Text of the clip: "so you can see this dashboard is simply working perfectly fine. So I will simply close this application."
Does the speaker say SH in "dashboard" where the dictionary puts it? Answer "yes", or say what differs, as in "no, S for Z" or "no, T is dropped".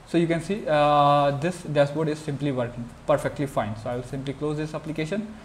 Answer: no, S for SH